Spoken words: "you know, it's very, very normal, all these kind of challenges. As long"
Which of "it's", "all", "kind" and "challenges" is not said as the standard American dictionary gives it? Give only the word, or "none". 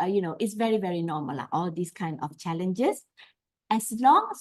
challenges